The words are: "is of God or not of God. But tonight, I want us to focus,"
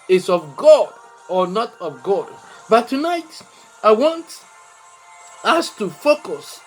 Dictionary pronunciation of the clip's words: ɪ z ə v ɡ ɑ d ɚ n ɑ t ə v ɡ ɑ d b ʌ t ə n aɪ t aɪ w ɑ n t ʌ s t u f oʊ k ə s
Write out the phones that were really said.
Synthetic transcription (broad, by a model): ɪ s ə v ɡ ɑ d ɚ n ɑ t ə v ɡ ɑ d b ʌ t ə n aɪ t aɪ w ɑ n t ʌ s t u f oʊ k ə s